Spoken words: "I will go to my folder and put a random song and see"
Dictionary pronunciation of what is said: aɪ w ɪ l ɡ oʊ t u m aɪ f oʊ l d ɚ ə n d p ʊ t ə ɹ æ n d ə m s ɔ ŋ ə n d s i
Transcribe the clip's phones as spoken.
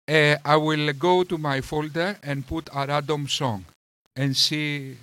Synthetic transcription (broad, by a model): aɪ w ɪ l ɡ oʊ t u m aɪ f oʊ l d ɚ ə n p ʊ t ə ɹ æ d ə m s ɔ ŋ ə n s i